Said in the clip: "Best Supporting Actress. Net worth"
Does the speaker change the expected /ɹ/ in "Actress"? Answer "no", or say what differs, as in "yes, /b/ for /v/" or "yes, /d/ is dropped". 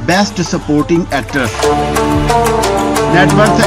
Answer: yes, /ɹ/ is dropped